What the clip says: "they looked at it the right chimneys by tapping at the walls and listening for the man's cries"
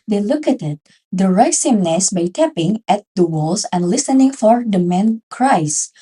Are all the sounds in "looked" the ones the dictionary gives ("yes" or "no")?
no